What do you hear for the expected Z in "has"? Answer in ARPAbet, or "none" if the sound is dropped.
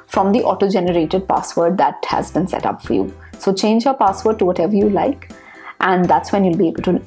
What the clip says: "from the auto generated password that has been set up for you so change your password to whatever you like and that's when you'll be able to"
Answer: Z